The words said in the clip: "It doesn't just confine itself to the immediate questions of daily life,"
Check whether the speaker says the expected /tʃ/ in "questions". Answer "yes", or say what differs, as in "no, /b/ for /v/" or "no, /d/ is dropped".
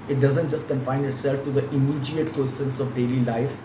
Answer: no, /tʃ/ is dropped